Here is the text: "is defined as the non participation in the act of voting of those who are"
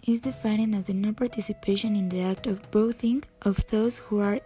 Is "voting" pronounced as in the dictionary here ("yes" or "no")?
no